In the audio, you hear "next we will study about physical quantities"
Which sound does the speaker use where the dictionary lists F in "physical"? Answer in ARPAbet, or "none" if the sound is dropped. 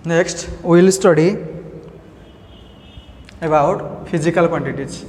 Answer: P